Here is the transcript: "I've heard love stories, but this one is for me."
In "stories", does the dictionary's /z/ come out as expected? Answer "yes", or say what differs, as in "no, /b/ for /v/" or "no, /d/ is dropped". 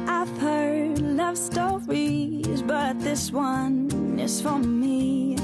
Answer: yes